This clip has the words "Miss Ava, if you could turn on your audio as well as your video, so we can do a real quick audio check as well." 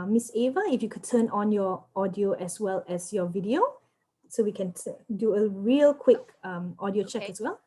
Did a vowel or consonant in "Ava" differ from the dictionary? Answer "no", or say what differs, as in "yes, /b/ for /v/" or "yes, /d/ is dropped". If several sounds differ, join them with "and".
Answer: no